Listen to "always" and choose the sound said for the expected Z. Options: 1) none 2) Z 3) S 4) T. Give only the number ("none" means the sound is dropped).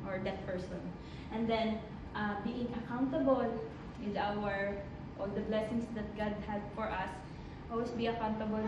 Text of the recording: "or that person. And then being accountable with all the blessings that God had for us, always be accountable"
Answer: 3